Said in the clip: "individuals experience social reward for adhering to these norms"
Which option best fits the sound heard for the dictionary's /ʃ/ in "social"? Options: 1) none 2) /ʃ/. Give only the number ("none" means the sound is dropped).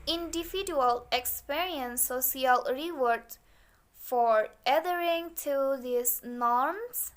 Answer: 1